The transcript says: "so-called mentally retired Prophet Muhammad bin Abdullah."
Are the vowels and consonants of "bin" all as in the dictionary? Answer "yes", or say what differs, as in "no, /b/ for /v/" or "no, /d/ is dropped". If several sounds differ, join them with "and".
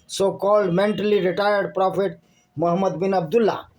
yes